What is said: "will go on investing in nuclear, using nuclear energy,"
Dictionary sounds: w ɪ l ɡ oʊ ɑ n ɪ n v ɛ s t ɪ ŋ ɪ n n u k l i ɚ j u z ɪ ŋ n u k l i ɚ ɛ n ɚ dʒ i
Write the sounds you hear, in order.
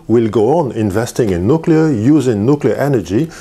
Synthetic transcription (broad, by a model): w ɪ l ɡ oʊ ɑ n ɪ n v ɛ s t ɪ ŋ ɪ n n u k l i ɚ j u z ɪ ŋ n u k l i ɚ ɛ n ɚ dʒ i